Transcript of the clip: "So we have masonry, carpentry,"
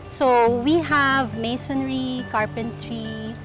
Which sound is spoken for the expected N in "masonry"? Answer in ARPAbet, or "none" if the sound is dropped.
N